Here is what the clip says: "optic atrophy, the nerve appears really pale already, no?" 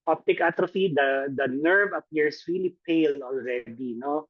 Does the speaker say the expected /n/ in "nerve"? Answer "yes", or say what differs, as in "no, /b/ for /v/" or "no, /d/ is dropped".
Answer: yes